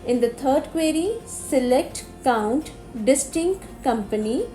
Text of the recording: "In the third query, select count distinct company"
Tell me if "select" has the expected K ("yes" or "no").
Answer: yes